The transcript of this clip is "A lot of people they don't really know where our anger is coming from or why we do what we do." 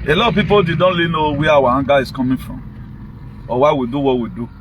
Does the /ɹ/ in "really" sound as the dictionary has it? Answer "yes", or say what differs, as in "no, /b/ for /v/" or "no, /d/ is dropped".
no, /l/ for /ɹ/